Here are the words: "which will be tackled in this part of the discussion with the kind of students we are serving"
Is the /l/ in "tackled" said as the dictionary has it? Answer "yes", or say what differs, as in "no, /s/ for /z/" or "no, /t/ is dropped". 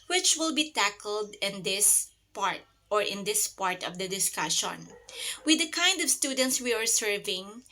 no, /n/ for /l/